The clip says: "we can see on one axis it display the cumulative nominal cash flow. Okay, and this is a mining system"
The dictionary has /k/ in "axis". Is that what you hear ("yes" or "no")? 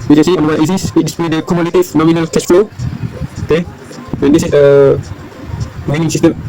no